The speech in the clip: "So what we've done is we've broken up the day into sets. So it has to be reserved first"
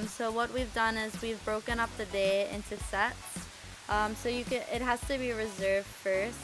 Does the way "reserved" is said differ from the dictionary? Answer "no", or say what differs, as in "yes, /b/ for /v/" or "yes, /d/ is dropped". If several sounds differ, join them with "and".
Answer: no